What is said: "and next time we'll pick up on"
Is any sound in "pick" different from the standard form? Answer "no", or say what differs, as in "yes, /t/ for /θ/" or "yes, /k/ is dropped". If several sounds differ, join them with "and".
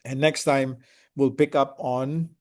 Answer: no